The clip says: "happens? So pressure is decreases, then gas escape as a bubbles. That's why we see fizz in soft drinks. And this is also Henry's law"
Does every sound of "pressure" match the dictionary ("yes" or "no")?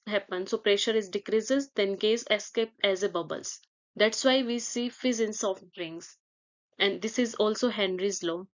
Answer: yes